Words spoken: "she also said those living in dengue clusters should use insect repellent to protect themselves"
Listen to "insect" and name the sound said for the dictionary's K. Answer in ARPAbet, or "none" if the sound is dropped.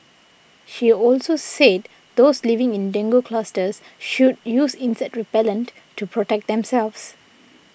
none